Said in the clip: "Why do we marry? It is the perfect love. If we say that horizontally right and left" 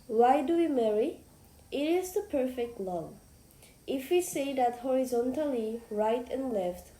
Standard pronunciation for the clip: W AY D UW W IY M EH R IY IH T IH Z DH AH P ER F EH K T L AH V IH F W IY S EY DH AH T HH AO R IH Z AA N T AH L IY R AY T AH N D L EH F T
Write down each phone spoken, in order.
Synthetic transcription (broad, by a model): W AY D UW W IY M EH R IY IH T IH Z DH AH P ER F EH K T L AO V IH F W IY S EY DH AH T HH AO R IH Z AA N T AH L IY R AY T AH N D L EH F T